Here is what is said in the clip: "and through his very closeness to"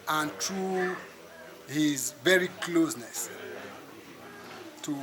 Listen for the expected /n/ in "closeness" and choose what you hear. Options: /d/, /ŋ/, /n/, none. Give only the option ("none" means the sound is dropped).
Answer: /n/